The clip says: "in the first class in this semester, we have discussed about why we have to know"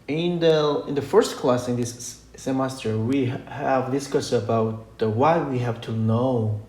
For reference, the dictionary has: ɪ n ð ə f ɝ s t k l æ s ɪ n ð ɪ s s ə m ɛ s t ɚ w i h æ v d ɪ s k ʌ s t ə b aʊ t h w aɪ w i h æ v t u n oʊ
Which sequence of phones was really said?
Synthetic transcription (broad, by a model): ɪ n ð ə f ɝ s t k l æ s ɪ n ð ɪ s s ə m ɛ s t ɚ w i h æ v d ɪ s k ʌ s ə b aʊ t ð w aɪ w i h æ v t u n oʊ